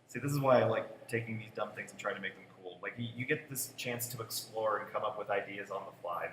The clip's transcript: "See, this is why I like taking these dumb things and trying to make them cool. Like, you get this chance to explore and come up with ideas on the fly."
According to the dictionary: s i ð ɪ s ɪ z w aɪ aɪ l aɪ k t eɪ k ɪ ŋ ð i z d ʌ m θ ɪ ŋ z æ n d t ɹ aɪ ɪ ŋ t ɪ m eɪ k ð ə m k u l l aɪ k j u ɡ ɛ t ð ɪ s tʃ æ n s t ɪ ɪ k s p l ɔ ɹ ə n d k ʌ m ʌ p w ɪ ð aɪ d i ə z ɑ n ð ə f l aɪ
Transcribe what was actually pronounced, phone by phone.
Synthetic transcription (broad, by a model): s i ð ɪ s ɪ z w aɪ aɪ l aɪ k t eɪ k ɪ ŋ ð i z d ʌ m θ ɪ ŋ z n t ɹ aɪ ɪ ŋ t ɪ m eɪ k ð ə m k u l l aɪ k j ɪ ɡ ɛ t ð ɪ s tʃ æ n s t ɪ ɪ k s p l ɔ ɹ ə n k ʌ m ʌ p w ɪ ð aɪ d i ə z n ð ə f l aɪ